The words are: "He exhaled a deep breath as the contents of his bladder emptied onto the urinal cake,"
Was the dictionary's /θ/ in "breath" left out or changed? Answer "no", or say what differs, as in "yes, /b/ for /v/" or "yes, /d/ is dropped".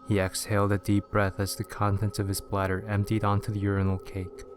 no